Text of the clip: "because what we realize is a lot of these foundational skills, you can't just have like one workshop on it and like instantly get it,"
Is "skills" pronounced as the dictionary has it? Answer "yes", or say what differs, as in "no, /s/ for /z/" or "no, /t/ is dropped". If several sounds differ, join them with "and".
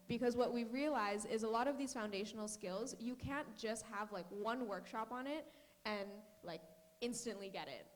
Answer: yes